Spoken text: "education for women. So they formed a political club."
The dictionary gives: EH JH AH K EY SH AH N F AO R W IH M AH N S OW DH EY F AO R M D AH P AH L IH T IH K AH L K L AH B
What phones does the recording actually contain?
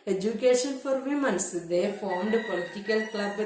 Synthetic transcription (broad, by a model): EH JH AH K EY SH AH N F AO R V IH M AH N S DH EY F AO R M D P AH L IH T IH K AH L K L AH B